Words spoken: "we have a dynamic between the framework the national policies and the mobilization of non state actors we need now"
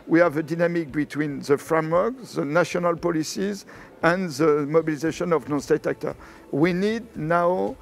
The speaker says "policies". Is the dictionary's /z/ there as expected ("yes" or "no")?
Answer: yes